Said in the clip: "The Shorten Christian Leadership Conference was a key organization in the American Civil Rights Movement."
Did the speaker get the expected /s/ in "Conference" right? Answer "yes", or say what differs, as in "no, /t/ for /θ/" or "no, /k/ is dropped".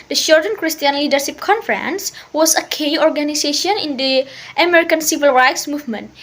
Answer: yes